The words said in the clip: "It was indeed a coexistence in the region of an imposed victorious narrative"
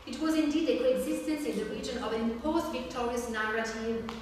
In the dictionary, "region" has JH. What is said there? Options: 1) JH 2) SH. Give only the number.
1